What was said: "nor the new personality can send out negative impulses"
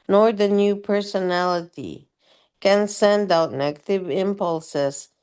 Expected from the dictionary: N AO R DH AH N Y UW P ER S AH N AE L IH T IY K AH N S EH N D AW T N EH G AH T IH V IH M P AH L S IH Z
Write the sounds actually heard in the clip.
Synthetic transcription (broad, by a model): N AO R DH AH N Y UW P ER S AH N AE L IH T IY K AH N S EH N D AW T N EH G AH T IH V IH M P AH L S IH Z